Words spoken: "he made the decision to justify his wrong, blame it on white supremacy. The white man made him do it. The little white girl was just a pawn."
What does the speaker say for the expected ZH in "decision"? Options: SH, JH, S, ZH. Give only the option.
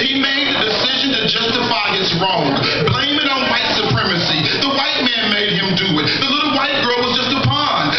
ZH